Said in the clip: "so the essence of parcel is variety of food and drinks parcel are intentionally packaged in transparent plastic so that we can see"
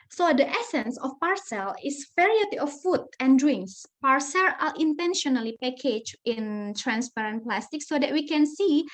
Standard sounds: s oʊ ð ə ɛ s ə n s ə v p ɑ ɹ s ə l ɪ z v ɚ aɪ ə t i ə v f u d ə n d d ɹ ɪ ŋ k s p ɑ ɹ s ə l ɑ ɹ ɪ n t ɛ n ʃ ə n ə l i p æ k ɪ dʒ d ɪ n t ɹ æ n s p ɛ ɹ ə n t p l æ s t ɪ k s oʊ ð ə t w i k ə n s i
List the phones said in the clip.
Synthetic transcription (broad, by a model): s oʊ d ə ɛ s ə n s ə f p ɑ ɹ s ə l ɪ s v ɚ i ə t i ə f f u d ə n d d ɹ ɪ ŋ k s p ɑ ɹ s ə l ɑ l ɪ n t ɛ n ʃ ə n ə l i p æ k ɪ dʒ ɪ n t ɹ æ n s p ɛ ɹ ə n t p l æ s t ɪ k s oʊ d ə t w i k ə n s i